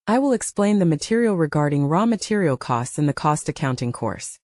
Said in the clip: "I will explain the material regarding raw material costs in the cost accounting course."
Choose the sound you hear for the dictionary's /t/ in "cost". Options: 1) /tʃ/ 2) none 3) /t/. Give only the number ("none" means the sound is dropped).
3